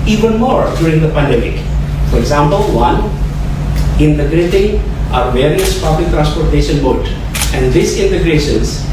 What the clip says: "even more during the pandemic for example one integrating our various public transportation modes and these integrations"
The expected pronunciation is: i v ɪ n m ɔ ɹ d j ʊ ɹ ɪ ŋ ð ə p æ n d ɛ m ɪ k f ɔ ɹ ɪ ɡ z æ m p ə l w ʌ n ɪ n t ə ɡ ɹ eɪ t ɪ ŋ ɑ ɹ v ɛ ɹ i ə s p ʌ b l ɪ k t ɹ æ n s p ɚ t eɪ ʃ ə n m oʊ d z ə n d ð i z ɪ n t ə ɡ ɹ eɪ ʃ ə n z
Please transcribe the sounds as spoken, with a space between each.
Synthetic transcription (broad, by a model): i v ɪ n m ɔ ɹ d j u ɹ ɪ ŋ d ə p æ n d ɛ m ɪ k f ɔ ɹ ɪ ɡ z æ m p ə l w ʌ n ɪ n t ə ɡ ɹ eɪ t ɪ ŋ ɑ ɹ v ɛ ɹ i ə s p ʌ b l ɪ k t ɹ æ n s p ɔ t eɪ ʃ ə n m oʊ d ə n d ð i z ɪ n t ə ɡ ɹ eɪ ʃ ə n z